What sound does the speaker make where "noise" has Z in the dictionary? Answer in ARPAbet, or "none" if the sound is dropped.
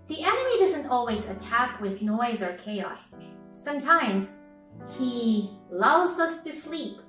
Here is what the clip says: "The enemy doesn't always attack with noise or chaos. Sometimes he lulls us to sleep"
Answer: Z